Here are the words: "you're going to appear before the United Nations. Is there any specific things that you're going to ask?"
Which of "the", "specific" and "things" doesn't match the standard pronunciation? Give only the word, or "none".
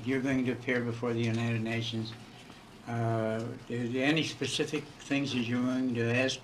none